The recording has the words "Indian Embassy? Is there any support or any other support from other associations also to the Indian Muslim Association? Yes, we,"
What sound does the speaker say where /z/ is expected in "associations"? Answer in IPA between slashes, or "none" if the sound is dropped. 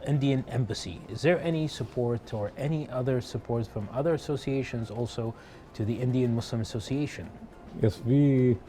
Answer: /z/